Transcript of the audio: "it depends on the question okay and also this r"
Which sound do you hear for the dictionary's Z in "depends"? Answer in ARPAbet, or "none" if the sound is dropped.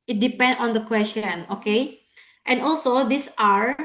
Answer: none